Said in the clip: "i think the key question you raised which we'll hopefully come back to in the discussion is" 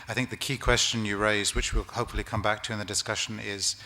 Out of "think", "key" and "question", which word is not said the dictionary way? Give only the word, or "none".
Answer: none